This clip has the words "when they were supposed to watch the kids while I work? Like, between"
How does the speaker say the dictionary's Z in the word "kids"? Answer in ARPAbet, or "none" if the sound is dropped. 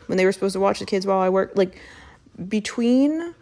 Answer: Z